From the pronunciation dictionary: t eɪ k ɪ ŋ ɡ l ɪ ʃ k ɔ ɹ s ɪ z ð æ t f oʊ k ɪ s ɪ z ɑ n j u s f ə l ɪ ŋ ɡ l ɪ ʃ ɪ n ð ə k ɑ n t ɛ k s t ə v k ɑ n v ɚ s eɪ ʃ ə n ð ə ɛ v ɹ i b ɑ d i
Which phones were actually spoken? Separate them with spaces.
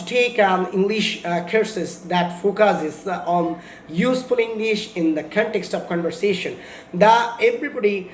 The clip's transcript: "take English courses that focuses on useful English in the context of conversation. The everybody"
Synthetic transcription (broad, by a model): t eɪ k ɪ ŋ ɡ l ɪ ʃ k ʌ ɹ s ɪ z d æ t f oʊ k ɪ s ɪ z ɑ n j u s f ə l ɪ ŋ ɡ l ɪ ʃ ɪ n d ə k ɑ n t ɛ k s t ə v k ɑ n v ɚ s eɪ ʃ ə n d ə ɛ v ɹ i b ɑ d i